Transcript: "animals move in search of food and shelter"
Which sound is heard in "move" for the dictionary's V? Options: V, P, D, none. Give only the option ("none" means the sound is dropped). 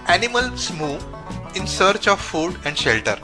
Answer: none